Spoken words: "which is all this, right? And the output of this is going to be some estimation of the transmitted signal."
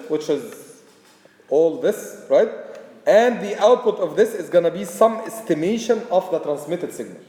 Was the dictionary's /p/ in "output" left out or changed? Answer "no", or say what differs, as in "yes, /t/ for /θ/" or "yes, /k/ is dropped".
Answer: no